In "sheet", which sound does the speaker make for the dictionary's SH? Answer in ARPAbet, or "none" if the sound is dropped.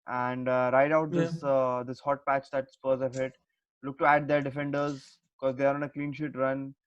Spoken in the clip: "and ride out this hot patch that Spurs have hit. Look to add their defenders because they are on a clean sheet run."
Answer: SH